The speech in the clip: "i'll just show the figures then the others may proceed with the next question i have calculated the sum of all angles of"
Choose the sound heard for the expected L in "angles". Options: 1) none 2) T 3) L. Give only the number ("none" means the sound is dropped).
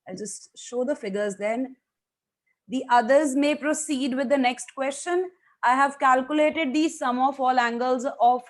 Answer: 3